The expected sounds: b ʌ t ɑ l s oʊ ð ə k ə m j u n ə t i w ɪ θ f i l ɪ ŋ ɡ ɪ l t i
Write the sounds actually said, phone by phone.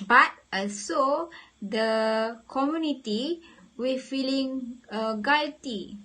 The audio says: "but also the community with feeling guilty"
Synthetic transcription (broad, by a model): b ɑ t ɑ s oʊ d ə k ə m j u n ə t i w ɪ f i l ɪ ŋ ɡ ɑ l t i